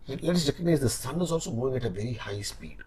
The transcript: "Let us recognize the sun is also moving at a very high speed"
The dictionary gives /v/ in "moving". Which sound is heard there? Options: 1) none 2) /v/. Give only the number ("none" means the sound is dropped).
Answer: 1